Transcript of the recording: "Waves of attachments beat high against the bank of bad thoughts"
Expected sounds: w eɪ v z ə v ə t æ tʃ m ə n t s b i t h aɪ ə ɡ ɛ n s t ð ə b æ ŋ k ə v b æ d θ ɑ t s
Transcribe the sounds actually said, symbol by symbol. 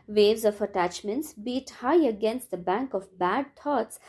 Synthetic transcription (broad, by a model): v eɪ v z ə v ə t æ tʃ m ə n t s b i t h aɪ ə ɡ ɛ n s t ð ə b æ ŋ k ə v b æ d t ɑ t s